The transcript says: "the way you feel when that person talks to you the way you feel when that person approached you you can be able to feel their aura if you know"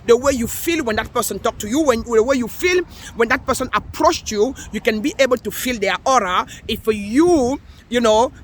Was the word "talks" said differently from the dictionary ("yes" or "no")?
yes